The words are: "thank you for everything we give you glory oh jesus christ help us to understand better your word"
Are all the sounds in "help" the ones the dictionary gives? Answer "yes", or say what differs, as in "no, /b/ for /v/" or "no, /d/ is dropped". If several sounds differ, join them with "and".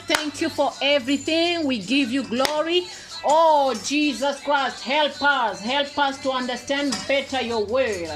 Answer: yes